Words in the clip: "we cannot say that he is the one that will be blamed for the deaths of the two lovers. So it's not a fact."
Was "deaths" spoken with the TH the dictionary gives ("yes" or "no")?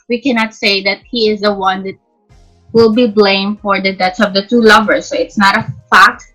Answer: no